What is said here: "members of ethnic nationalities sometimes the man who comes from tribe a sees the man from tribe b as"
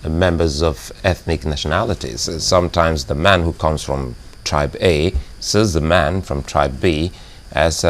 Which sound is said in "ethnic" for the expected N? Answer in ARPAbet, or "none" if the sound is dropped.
N